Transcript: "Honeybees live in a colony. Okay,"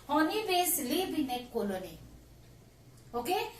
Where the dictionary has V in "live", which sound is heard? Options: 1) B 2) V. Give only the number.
1